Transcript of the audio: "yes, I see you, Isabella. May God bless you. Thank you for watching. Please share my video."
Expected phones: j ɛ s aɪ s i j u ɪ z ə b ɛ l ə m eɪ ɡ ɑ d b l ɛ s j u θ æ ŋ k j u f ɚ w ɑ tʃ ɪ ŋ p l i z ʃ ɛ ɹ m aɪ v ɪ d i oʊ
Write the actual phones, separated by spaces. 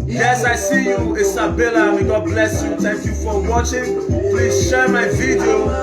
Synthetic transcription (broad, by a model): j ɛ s aɪ s i j u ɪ s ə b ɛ l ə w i ɡ ɑ d b l ɛ s j u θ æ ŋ k j u f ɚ w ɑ tʃ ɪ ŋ p l i z ʃ ɛ ɹ m aɪ v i d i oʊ